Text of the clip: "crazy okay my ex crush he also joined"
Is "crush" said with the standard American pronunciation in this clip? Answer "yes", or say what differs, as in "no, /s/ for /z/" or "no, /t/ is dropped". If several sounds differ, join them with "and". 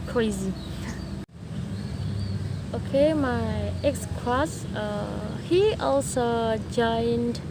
no, /s/ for /ʃ/